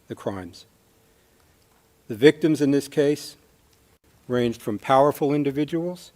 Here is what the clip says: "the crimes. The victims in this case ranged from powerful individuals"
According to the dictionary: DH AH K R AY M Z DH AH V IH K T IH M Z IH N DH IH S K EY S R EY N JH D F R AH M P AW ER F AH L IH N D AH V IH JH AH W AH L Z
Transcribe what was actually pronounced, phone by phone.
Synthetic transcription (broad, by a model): DH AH K R AY M Z DH AH V IH K T IH M Z IH N DH IH S K EY S R EY N JH D F R AH M P AW ER F L IH N D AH V IH JH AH W L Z